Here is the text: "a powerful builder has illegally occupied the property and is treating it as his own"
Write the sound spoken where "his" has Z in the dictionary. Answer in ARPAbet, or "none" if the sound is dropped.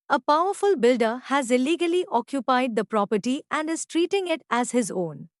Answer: Z